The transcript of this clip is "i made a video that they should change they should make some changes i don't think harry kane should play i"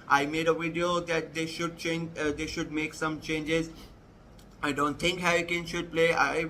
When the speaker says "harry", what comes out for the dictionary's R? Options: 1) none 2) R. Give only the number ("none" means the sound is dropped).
1